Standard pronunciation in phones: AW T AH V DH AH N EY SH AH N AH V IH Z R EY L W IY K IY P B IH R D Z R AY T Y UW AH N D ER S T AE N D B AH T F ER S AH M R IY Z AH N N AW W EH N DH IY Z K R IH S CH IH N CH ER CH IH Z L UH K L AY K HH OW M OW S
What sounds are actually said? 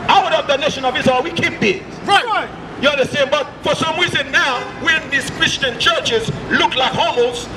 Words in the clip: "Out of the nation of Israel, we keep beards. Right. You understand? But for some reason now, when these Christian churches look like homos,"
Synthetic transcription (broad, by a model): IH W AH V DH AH N EY SH AH N AH V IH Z AH W IY K IY P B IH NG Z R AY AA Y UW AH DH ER S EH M B AH T F ER S AH M R IY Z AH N N AW W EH N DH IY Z K R IH S CH IH N CH ER CH IH Z L UH K L AY K HH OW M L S